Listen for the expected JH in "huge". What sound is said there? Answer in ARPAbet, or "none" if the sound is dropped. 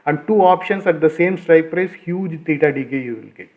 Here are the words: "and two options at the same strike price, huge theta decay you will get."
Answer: JH